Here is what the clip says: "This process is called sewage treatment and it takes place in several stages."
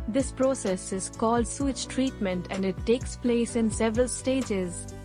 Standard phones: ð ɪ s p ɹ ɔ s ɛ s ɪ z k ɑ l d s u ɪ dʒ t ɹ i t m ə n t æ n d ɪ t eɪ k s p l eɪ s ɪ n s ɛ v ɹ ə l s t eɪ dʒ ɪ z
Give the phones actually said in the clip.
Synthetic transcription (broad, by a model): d ɪ s p ɹ ɔ s ɛ s ɪ z k ɑ l d s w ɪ tʃ t ɹ i t m ə n t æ n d ɪ t eɪ k s p l eɪ s ɪ n s ɛ v ɹ ə l s t eɪ dʒ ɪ z